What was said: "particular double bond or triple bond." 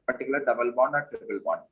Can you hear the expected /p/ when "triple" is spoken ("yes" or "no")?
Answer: no